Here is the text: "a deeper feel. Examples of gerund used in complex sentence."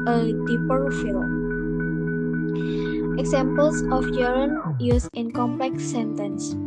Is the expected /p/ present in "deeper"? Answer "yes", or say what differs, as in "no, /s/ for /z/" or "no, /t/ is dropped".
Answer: yes